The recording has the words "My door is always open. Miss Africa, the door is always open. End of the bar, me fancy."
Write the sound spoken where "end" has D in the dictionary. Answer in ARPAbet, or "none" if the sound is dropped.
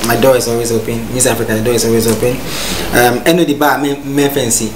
none